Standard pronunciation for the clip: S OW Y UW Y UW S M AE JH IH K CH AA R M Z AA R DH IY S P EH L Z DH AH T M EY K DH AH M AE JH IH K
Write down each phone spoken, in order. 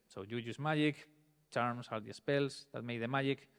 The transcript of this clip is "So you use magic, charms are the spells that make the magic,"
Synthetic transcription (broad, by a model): S OW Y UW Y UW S M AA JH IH K CH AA R M S AA R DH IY S P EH L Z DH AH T M EY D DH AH M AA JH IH K